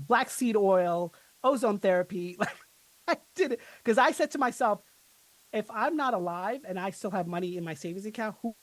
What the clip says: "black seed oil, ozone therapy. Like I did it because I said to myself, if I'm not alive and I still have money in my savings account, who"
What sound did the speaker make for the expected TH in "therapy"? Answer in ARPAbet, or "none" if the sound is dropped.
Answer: TH